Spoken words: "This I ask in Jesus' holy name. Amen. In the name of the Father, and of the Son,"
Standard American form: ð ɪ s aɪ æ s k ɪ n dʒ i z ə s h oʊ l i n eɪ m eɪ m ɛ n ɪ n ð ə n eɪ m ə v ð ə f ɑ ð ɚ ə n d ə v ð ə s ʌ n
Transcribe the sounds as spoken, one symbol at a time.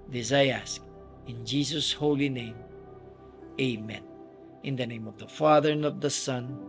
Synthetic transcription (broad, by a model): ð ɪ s aɪ æ s k ɪ n dʒ i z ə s h oʊ l i n eɪ m eɪ m ɛ n ɪ n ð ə n eɪ m ə v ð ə f ɑ ð ɚ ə n ə v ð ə s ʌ n